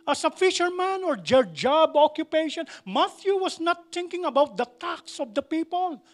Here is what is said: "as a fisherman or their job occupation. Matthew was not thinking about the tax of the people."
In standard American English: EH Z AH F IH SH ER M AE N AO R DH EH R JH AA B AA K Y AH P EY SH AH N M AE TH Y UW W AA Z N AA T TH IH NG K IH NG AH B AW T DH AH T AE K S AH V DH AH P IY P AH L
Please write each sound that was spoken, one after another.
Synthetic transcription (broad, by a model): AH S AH F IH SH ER M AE N AO R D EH R JH AA B AA K Y AH P EY SH AH N M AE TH Y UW W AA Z N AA T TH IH NG K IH NG AH B AW T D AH T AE K S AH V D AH P IY P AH L